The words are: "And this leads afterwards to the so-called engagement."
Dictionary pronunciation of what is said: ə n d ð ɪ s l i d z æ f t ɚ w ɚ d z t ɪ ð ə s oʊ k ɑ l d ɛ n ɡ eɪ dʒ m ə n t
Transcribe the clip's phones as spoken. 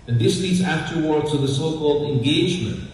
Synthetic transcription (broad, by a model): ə n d ð ɪ s l i d z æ f t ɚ w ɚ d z t ɪ ð ə s oʊ k ɑ l d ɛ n ɡ eɪ dʒ m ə n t